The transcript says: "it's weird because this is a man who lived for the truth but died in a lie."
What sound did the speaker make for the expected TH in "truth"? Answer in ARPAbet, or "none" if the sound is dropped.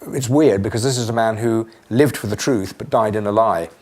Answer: TH